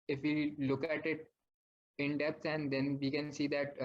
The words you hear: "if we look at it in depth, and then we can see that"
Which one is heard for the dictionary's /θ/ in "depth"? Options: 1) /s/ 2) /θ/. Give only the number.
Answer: 1